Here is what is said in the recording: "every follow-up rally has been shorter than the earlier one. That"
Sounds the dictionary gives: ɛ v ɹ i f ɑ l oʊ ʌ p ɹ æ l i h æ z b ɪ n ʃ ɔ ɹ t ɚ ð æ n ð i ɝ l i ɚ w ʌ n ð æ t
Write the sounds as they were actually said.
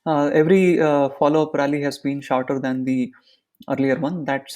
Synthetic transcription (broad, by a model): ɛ v ɹ i f ɑ l oʊ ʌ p ɹ æ l i h æ z b ɪ n ʃ ɔ ɹ t ɚ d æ n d i ɝ l i ɚ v ʌ n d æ t